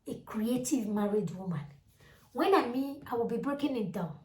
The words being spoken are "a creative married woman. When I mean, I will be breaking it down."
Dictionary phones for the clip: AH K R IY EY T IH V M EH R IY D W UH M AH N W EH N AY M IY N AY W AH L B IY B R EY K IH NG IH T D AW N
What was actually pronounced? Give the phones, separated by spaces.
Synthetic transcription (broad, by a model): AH K R IY EY T IH V M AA R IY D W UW M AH N W EH N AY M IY AY W AH L B IY B R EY K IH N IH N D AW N